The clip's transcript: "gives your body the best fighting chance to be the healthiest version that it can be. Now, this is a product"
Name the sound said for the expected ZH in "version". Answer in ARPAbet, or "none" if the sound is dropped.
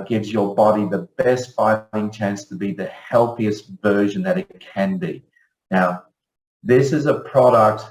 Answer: ZH